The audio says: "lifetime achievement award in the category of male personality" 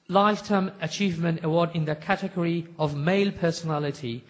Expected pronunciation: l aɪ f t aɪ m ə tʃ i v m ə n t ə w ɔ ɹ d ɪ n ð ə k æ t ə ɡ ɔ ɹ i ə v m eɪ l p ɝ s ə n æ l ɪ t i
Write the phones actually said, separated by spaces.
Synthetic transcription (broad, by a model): l aɪ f t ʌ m ə tʃ i v m ə n t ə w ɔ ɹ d ɪ n ð ə k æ t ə ɡ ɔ ɹ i ə v m eɪ l p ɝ s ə n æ l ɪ t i